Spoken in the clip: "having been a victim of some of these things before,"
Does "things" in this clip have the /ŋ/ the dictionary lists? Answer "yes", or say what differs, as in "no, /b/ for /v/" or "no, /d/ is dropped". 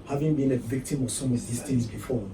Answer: no, /ŋ/ is dropped